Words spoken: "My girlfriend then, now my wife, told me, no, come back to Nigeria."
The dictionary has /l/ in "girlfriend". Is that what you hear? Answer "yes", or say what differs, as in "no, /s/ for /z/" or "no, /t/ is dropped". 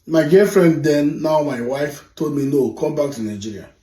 no, /l/ is dropped